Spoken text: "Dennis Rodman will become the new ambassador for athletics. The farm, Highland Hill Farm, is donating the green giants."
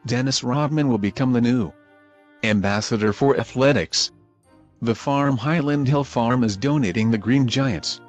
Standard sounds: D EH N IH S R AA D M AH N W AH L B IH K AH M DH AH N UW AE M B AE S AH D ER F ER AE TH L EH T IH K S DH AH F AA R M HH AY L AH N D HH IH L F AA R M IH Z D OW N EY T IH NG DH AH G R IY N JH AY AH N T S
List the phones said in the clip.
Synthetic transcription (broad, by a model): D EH N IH S R AA D M AH N W AH L B IH K AH M DH AH N UW AE M B AE S AH D ER F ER AE TH L EH T IH K S DH AH F AA R M HH AY L AH N D HH IH L F AA R M IH Z D OW N EY T IH NG DH AH G R IY N JH AY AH N T S